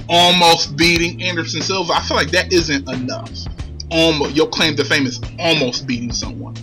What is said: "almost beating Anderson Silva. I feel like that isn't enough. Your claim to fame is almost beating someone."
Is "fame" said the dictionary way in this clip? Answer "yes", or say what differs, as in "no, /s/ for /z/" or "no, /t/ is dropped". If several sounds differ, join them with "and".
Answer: yes